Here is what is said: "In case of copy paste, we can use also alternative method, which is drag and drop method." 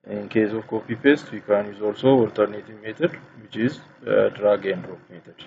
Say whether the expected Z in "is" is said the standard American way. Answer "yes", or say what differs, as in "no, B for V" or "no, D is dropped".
yes